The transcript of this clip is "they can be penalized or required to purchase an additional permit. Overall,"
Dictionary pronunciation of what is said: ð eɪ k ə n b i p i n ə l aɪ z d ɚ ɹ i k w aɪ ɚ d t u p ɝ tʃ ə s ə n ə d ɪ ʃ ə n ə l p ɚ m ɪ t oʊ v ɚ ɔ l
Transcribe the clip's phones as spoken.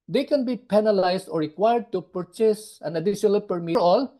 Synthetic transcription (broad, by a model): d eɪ k ə n b i p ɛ n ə l aɪ s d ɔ ɹ i k w aɪ ɚ d t u p ɝ tʃ ə s ə n ə d ɪ ʃ ə n ə l p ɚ m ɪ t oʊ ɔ l